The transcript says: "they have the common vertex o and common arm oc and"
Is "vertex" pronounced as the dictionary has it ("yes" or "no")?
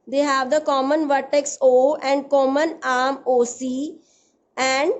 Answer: yes